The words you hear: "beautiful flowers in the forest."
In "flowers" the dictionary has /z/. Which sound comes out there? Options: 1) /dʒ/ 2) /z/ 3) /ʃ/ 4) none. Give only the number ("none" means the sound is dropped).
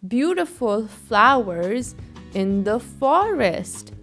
2